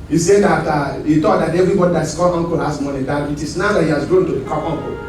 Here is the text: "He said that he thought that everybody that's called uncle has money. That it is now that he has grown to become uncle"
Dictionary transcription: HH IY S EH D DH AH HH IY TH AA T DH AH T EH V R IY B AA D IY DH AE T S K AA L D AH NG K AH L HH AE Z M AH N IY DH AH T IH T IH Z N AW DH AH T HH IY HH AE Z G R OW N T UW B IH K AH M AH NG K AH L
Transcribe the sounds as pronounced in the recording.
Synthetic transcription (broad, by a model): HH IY S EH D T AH HH IY T AA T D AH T EH V R IY B AA D IY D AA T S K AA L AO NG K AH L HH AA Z M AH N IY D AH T IH T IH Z N AW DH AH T HH IY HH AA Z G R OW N T UW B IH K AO AO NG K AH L